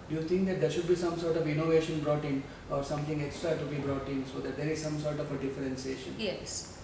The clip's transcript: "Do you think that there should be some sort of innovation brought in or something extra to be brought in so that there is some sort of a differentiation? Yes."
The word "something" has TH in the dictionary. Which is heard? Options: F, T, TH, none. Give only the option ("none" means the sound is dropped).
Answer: T